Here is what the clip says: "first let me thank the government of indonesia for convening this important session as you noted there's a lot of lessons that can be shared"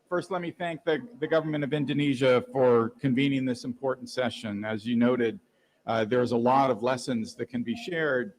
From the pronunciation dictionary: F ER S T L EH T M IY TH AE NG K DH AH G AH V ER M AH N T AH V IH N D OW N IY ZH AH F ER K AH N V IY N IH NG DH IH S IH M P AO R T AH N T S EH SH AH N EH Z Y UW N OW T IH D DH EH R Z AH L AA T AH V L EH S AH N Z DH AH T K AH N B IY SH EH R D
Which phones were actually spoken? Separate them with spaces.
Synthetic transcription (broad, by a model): F ER S T L EH T M IY TH AE NG K DH AH G AH V ER M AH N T AH V IH N D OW N IY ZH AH F ER K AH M V IY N IH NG DH IH S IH M P AO R T N T S EH SH AH N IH Z Y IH N OW T IH D DH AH R Z AH L AA T AH V L EH S AH N Z DH AH T K AH N B IY SH EH R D